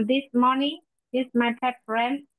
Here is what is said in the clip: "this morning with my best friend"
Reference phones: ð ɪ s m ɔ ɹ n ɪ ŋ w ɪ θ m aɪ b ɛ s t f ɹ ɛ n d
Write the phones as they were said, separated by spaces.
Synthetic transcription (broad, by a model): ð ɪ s m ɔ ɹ n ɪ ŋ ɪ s m aɪ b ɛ t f ɹ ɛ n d